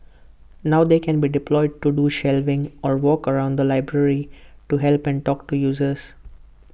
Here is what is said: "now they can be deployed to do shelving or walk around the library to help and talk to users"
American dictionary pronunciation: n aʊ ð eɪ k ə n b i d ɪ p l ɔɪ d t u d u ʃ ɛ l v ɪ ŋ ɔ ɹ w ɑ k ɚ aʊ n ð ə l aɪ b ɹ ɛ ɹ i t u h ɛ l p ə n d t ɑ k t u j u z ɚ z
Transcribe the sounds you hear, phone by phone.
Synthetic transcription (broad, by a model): n aʊ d eɪ k ə n b i d ɪ p l ɔɪ d t u d u ʃ ɛ l v ɪ ŋ ɔ ɹ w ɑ k ɚ aʊ n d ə l aɪ b ɹ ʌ ɹ i t u h ɛ l p ə n d t ɑ k t u j u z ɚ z